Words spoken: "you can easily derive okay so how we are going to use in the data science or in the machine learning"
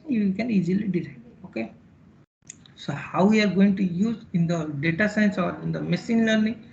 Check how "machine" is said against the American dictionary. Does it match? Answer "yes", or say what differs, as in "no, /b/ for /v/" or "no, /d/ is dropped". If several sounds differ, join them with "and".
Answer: no, /s/ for /ʃ/